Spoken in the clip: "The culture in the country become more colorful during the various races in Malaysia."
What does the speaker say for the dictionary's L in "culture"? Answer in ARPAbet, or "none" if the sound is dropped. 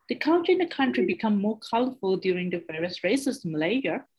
N